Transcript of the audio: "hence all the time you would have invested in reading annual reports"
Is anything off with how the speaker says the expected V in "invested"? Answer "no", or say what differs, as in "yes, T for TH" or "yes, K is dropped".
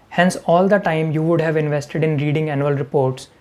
no